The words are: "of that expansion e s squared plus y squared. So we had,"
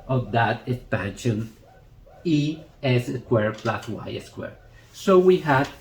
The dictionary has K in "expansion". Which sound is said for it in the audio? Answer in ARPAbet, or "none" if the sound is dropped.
K